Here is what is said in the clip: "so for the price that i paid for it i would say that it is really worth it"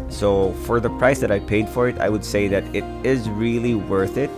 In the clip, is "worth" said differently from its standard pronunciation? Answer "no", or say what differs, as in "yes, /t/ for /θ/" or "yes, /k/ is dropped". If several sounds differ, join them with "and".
no